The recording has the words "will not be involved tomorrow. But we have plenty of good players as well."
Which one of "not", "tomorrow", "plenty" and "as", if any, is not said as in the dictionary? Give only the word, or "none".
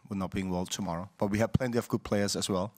as